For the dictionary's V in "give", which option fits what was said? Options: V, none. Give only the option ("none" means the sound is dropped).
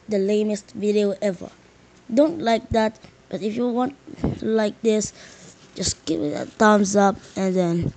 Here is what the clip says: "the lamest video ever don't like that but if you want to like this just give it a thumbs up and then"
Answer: none